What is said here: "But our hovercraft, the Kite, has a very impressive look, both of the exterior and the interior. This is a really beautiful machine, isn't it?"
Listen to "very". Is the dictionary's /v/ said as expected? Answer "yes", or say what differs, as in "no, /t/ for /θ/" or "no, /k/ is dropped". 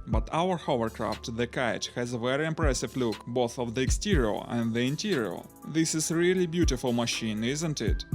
yes